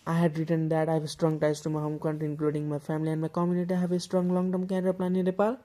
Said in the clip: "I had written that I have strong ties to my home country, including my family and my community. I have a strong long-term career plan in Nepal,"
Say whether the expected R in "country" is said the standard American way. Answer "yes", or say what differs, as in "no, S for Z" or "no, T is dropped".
no, R is dropped